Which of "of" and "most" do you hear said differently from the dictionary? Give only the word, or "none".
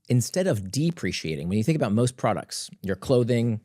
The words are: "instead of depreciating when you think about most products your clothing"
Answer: none